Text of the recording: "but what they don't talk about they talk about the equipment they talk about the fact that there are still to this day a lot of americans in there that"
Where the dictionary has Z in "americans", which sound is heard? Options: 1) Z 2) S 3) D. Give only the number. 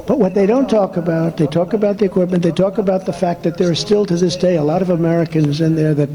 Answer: 1